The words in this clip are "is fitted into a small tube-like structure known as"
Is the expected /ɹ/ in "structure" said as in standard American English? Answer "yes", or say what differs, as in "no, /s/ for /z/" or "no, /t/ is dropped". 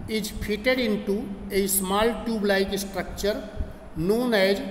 yes